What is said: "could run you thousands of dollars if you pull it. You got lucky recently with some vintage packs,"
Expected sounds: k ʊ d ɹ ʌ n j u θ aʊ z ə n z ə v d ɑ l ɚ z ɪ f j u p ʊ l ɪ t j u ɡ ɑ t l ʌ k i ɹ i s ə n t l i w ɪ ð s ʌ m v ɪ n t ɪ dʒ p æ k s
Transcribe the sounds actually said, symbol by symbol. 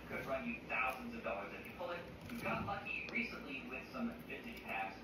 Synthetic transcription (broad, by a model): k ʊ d ɹ ʌ n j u θ aʊ z ə n z ə v d ɑ l ɚ z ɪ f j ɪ p ʊ l ɪ t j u ɡ ɑ t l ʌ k i ɹ i s ə n t l i w ɪ ð s ʌ m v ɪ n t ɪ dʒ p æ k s